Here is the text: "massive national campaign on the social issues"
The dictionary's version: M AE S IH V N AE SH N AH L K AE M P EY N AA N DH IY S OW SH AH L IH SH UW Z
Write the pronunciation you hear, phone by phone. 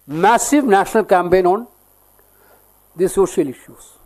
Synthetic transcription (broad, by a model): M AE S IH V N AE SH N AH L K AE M P EY N AA N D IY S OW SH AH L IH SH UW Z